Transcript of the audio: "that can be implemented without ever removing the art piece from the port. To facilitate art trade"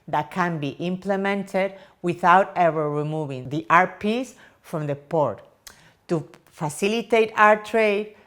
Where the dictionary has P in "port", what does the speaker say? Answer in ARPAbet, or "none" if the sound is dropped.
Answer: P